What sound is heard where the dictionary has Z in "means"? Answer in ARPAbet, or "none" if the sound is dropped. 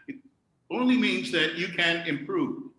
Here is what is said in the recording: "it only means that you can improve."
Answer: Z